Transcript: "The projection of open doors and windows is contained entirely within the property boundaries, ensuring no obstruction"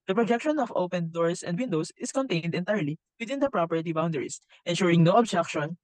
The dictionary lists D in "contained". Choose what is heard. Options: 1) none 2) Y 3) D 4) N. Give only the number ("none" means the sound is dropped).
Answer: 3